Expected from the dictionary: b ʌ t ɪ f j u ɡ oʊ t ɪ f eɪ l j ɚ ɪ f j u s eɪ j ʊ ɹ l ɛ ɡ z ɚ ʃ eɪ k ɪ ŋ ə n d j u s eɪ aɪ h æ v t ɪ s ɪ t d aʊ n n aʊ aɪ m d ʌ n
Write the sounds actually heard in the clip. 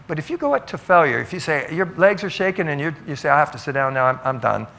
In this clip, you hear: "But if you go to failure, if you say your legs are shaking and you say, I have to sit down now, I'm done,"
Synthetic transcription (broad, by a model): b ʌ t ɪ f j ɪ ɡ oʊ t ɪ f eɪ l j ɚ ɪ f j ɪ s eɪ j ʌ ɹ l ɛ ɡ z ɚ ʃ eɪ k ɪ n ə n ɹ j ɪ s eɪ aɪ h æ f t ɪ s ɪ t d aʊ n n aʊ aɪ m d ʌ n